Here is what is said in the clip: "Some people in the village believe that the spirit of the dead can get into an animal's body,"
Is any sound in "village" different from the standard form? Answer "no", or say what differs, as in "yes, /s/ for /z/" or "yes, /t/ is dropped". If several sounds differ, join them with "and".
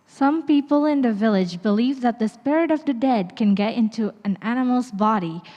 no